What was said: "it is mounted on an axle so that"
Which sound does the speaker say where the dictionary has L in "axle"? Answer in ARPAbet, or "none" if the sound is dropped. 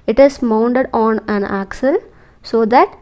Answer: L